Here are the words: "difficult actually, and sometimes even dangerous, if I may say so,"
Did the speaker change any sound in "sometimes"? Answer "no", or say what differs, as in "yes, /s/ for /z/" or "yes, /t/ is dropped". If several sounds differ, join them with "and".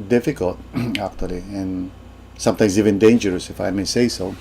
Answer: yes, /s/ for /z/